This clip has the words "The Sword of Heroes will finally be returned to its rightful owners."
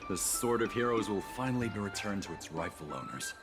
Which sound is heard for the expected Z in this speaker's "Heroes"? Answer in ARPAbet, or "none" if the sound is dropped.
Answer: Z